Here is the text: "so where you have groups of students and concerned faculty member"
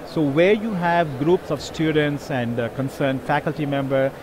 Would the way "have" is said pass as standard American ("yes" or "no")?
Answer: yes